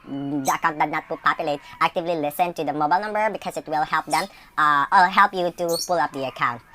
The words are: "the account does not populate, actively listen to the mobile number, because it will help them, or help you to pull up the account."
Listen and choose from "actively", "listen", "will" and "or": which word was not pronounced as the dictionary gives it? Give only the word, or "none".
or